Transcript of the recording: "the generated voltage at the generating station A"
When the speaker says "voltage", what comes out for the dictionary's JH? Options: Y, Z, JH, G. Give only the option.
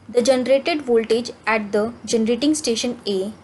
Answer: JH